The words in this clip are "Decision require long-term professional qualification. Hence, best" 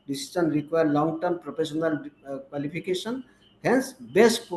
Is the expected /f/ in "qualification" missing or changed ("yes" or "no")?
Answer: yes